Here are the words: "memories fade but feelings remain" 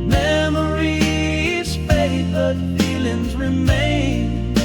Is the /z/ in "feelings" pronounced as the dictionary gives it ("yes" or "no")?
yes